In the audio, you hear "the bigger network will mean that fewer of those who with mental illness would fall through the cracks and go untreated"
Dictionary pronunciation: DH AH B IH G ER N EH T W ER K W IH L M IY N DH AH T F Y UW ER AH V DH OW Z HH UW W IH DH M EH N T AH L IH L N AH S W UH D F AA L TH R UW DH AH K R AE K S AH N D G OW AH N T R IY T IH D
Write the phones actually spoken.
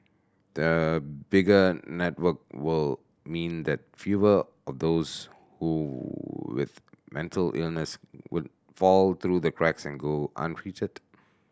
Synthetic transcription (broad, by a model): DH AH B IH G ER N EH T W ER K W IH L M IY N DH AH T F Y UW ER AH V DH OW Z HH UW W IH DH M EH N T AH L IH L N AH S W UH D F AA L T R UW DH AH K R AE K S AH N G OW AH N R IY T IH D